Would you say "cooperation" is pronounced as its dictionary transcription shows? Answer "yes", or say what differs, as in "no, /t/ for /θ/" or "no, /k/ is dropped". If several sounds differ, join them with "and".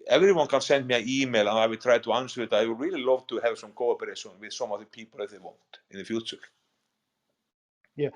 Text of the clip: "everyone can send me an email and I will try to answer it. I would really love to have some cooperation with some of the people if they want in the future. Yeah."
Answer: no, /s/ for /ʃ/